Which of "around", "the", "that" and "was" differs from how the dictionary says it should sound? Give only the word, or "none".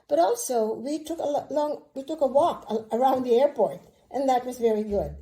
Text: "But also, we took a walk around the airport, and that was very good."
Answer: none